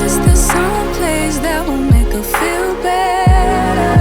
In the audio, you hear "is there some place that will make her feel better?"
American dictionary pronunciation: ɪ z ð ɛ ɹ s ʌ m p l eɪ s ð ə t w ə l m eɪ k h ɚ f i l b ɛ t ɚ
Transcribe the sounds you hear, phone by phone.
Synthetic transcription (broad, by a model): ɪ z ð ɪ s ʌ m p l eɪ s ð ə t w ə l m eɪ k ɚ f i l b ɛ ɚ